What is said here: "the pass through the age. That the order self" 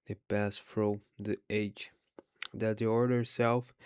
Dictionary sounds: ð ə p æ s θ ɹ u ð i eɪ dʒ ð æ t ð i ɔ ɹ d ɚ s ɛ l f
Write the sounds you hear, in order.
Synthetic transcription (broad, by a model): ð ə p æ s f ɹ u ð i eɪ dʒ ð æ t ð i ɔ ɹ d ɚ s ɛ l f